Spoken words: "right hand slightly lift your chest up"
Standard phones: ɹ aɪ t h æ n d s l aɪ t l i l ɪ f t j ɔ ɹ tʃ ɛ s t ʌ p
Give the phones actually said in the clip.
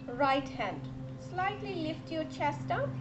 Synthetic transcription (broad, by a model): ɹ aɪ t h æ n d s l aɪ t l i l ɪ f t j ɔ ɹ tʃ ɛ s t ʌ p